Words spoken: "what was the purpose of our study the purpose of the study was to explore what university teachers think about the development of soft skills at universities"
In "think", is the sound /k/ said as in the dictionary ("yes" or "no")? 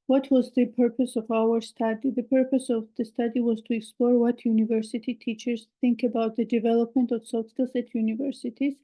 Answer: yes